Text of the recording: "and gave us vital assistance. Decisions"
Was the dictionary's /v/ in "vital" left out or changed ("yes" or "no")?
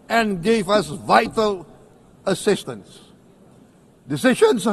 no